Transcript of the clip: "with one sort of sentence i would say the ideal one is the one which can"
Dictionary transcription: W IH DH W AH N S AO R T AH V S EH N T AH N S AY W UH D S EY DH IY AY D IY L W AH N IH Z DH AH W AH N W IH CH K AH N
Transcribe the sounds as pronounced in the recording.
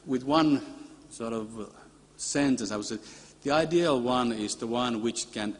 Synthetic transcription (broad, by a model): W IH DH W AH N S AO R T AH V S EH N T AH N S AY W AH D S EY DH IY AY D IY L W AH N IH Z DH AH W AH N W IH CH K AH N